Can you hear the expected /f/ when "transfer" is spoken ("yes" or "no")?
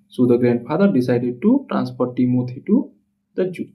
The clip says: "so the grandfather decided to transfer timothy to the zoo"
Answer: no